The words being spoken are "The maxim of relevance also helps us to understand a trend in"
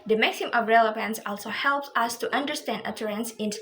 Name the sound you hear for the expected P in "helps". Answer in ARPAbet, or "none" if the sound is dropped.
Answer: P